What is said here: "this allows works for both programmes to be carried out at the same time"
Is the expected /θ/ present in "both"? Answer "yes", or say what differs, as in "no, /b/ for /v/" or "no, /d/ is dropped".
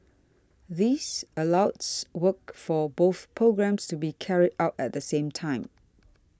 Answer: yes